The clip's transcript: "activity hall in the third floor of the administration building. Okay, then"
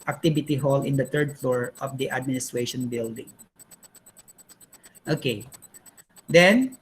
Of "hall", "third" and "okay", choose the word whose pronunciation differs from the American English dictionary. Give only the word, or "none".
third